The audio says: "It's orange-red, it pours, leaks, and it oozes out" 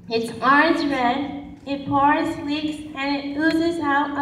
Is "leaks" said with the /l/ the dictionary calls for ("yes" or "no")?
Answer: no